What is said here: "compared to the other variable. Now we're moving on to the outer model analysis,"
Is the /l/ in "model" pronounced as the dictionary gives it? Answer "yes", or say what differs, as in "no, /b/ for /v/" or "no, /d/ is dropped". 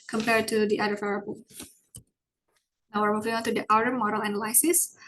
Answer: yes